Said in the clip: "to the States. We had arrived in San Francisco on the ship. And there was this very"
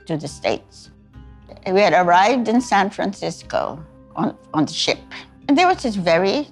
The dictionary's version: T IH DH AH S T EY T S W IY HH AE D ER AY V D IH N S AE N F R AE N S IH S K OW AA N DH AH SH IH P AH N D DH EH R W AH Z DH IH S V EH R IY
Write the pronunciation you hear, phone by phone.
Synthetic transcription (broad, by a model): T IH DH AH S T EY T S W IY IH D ER AY V D IH N S AE N F R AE N S IH S K OW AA N DH AH SH IH P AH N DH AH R W AH Z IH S V EH R IY